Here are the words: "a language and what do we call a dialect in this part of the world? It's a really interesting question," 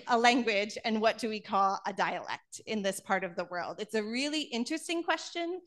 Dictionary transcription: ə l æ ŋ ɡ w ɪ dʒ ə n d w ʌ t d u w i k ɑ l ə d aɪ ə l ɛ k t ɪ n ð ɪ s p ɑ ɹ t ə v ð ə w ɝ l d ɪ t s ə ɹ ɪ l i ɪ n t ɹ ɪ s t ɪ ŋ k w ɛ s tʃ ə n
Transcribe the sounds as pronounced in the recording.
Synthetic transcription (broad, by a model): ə l æ ŋ ɡ w ɪ dʒ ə n w ʌ t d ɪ w i k ɑ l ə d aɪ ə l ɛ k t ɪ n ð ɪ s p ɑ ɹ t ə v ð ə w ɝ l d ɪ t s ə ɹ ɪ l i ɪ n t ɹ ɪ s t ɪ ŋ k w ɛ s tʃ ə n